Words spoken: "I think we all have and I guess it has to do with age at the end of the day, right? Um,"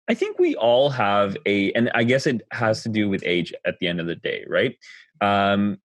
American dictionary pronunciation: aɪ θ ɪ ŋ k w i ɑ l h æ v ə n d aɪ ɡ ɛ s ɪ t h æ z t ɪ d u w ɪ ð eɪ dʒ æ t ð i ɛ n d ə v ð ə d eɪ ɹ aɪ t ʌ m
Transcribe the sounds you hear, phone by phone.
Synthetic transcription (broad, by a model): aɪ θ ɪ ŋ k w i ɑ l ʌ v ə n aɪ ɡ ɛ s ɪ t h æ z t ɪ d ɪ w ɪ ð eɪ dʒ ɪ t ð i ɛ n d ə v ð ə d eɪ ɹ aɪ t ʌ m